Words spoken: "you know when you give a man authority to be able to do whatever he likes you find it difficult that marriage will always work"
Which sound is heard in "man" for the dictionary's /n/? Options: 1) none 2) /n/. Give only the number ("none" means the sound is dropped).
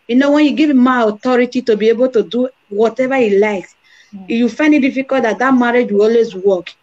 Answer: 1